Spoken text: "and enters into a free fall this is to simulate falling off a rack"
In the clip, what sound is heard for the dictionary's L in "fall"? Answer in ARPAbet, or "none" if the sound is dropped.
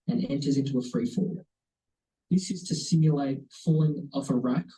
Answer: W